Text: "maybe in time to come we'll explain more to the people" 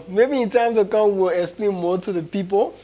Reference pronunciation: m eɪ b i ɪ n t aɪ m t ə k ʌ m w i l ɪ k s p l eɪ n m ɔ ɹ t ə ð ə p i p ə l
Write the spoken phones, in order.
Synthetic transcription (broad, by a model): m eɪ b i ɪ n t aɪ m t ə k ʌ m w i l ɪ s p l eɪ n m ɔ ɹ t ə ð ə p i p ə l